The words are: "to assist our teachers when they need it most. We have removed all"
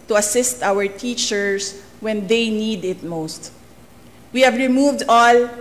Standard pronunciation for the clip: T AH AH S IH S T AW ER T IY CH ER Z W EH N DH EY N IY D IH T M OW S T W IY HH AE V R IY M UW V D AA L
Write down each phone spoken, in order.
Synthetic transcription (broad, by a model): T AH AH S IH S T AW ER T IY CH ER S W EH N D EY N IY D IH T M OW S T W IY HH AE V R IY M UW V D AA L